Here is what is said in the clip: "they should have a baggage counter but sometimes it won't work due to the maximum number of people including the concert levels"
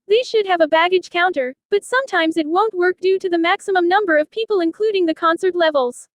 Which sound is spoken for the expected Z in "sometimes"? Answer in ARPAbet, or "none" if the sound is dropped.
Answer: Z